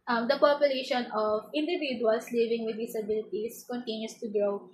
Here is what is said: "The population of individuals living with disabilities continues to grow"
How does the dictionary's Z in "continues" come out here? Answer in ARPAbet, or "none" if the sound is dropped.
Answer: S